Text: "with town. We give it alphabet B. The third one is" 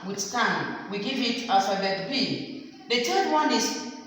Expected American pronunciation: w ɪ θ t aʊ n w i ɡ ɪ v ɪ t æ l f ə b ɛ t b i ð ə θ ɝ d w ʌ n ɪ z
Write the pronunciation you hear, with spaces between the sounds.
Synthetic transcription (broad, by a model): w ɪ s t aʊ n w i ɡ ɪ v ɪ t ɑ f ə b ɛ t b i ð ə t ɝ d w ʌ n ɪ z